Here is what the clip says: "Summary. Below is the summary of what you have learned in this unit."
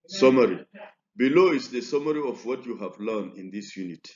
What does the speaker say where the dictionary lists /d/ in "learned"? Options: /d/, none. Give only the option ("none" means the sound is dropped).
none